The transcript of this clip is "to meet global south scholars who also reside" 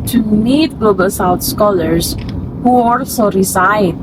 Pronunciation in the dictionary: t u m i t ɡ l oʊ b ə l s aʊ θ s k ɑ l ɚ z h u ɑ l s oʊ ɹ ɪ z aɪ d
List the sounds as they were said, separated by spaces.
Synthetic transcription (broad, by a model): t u m i t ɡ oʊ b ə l s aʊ t s k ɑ l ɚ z h u ɑ l s oʊ ɹ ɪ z aɪ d